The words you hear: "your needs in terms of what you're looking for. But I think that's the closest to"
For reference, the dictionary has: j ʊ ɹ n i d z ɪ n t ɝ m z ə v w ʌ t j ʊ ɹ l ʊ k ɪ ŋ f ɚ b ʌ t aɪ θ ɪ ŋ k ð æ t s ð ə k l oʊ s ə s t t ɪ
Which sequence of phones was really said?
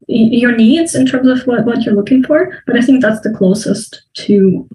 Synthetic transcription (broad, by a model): j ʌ ɹ n i d z ɪ n t ɝ m z ə v w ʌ t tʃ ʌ ɹ l ʊ k ɪ ŋ f ɚ b ʌ t aɪ θ ɪ ŋ k ð æ t s ð ə k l oʊ s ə s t t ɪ